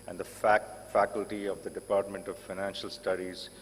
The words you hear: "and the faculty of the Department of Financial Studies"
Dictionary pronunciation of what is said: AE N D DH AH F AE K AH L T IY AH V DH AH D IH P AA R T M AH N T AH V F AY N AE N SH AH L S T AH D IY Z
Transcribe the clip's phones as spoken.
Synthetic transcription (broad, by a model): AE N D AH F AE K AH L T IY AH V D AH D IH P AA R T M AH N T AH V F AY N AE N SH AH L S T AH D IY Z